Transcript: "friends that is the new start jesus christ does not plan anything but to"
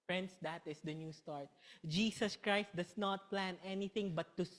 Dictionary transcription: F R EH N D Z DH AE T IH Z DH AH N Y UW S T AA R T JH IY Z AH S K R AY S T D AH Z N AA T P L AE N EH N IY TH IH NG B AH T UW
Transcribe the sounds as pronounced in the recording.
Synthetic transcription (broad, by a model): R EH N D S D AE T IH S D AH N Y UW S T AA R T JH IY S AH S K R AY S T D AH S N AA T P L AE N EH N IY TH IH NG B AH T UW